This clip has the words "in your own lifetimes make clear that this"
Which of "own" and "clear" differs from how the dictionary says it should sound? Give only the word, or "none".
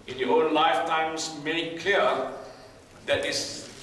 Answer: clear